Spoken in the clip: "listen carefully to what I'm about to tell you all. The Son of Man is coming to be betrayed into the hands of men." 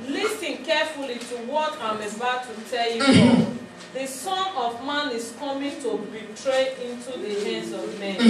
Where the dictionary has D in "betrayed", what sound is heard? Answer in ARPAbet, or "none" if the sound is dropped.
none